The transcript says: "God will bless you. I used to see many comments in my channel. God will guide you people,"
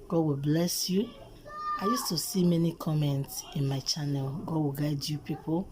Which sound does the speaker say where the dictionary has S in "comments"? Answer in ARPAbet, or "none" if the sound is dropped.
S